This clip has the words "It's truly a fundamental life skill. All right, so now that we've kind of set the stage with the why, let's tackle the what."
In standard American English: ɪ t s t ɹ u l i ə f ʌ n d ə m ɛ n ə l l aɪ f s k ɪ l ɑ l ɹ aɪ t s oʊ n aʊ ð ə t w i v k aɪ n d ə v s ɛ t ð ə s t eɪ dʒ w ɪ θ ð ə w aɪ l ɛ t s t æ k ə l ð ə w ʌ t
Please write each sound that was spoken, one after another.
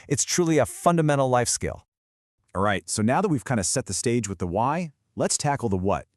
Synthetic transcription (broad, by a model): ɪ t s t ɹ u l i ə f ʌ n d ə m ɛ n l l aɪ f s k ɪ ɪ l ɹ aɪ t s oʊ n aʊ ð ə t w i v k aɪ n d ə s ɛ t ð ə s t eɪ dʒ w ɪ ð ə w aɪ l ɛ t s t æ k l ð ə w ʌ t